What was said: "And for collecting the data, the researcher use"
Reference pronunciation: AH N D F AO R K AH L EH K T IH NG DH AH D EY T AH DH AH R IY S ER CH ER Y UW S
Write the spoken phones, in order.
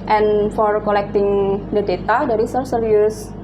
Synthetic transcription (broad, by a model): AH N F AO R K AH L EH K T IH NG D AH D EY T AH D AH R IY S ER S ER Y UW S